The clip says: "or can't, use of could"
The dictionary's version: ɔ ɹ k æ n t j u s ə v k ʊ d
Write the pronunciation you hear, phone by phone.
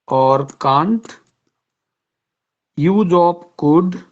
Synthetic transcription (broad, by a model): ɔ ɹ k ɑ n t j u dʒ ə p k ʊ d